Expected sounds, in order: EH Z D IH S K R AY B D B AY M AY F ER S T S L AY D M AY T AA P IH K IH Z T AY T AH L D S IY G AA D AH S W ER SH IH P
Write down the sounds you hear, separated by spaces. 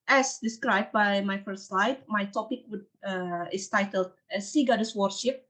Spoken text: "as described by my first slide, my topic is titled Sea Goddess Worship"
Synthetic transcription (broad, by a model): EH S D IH S K R AY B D B AY M AY F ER T S L AY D M AY T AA P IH K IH S T AY T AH L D S IY G AA D AH S W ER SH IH P